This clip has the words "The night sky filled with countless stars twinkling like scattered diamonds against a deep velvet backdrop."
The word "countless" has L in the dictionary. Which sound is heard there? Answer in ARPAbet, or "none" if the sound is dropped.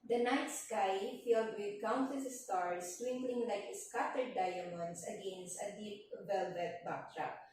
none